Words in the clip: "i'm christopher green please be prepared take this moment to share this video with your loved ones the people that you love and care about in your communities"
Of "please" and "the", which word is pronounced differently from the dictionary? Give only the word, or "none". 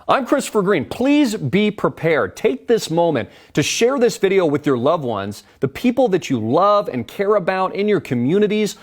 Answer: none